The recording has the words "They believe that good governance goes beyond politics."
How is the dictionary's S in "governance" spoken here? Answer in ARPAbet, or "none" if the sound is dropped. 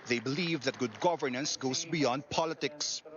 S